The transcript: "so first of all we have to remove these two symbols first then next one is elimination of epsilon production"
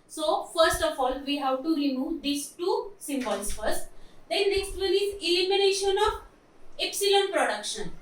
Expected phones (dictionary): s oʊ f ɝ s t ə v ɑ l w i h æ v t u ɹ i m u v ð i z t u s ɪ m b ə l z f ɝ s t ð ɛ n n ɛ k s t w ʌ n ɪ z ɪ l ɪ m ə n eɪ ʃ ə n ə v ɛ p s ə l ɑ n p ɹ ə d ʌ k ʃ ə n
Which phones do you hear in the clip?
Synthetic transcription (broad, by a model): s oʊ f ɝ s t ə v ɑ l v i h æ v t u ɹ i m u v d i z t u s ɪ m b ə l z f ɝ s t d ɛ n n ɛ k s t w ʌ l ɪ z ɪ l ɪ m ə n eɪ ʃ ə n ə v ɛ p s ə l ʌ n p ɹ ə d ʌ k ʃ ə n